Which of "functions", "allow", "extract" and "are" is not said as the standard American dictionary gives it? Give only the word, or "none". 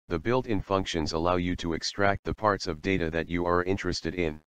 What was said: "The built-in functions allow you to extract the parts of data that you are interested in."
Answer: none